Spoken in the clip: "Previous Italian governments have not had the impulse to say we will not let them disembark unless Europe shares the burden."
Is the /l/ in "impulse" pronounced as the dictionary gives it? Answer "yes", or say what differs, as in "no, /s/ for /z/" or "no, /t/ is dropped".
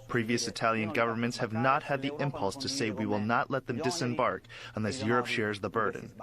yes